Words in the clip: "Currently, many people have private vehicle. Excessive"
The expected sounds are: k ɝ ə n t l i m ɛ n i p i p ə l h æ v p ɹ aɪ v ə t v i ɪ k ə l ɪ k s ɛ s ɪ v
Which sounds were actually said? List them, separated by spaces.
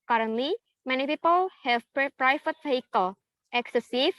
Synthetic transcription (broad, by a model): k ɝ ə n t l i m ɛ n i p i p ə l h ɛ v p ɹ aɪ f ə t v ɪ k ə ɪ k s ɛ s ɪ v